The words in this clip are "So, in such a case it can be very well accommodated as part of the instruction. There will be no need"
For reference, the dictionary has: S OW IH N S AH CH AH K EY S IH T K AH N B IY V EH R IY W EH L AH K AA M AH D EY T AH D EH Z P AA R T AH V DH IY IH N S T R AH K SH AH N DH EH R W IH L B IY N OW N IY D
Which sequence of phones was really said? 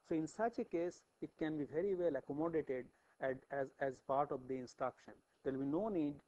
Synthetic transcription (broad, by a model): S OW IH N S AH CH AH K EY S IH T K AH N B IY V EH R IY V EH L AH K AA M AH D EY T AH D EH Z P AA R T AH V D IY IH N S T R AH K SH AH N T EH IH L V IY N OW N IY D